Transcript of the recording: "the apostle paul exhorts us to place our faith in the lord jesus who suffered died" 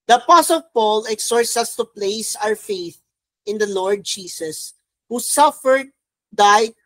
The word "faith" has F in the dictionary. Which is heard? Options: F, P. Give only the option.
F